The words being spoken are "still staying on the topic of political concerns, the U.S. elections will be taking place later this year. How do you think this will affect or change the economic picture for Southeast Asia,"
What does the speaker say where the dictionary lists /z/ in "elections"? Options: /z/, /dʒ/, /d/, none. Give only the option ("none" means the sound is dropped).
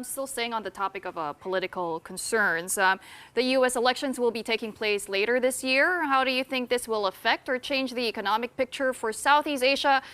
/z/